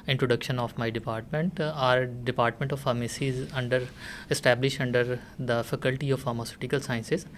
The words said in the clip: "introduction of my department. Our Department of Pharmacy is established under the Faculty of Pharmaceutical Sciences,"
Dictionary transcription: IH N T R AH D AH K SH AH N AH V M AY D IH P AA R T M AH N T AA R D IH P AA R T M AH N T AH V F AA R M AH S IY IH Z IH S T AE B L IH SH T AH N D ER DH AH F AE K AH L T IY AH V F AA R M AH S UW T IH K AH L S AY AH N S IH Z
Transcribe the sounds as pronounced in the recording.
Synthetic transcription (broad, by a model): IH N T R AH D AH K SH AH N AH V M AY D IH P AA R T M AH N T AA R D IH P AA R T M AH N T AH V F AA R M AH S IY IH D IH S T AE B L IH SH T AH N D ER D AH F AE K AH L T IY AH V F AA R M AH S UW T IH K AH L S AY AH N S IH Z